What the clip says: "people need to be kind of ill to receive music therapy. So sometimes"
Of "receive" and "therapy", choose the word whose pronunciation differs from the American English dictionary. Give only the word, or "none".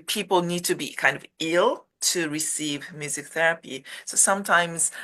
none